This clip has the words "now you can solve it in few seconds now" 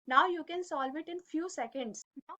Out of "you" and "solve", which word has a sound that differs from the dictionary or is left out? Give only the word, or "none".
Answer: none